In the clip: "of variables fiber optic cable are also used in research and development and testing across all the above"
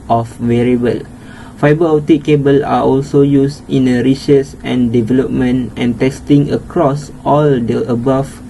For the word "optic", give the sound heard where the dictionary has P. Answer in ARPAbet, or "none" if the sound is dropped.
none